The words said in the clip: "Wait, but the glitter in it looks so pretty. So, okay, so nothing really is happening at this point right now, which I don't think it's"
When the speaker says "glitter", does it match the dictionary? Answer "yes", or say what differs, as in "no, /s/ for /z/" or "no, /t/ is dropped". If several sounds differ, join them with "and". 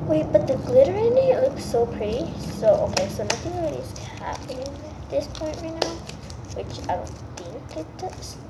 yes